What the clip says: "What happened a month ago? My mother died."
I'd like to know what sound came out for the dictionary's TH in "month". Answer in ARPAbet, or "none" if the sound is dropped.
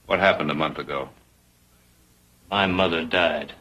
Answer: TH